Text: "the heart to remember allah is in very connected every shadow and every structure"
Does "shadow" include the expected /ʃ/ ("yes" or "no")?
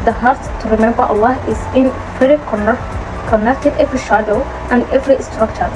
yes